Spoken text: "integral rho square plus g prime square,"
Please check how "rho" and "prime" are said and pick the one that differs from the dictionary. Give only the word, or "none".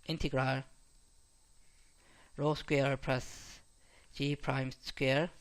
none